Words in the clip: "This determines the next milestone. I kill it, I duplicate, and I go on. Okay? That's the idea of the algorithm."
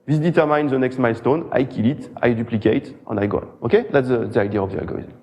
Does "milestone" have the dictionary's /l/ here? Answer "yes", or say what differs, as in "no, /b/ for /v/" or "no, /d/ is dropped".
yes